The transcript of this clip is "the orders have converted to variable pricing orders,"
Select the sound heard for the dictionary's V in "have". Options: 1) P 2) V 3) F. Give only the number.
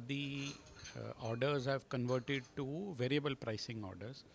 2